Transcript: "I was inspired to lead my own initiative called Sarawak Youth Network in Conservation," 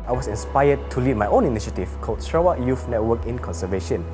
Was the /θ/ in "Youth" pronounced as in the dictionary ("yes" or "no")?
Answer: no